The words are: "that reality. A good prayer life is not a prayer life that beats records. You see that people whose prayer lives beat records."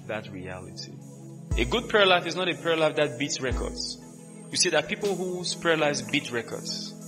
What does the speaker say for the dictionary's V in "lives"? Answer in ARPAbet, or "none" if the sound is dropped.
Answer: none